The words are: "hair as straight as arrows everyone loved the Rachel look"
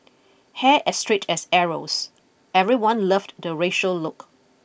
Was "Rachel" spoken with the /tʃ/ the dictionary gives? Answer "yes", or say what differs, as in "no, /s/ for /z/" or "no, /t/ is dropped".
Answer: no, /ʃ/ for /tʃ/